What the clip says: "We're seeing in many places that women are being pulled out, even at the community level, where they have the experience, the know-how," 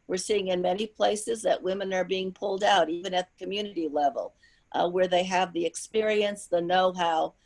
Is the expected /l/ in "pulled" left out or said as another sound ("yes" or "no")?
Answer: no